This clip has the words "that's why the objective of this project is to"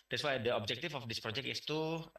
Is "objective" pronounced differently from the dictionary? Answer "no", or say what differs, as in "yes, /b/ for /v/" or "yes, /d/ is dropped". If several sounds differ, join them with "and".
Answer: yes, /f/ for /v/